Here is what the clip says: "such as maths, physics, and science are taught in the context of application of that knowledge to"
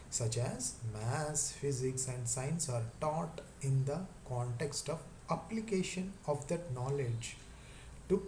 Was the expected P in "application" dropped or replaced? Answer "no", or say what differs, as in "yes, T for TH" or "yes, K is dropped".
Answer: no